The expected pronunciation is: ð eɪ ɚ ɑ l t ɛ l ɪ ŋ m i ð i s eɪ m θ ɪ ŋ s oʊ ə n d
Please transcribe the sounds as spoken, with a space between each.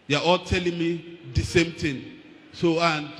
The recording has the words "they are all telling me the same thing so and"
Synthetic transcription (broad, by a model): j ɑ ɑ l t ɛ l ɪ ŋ m i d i s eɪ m t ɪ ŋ s oʊ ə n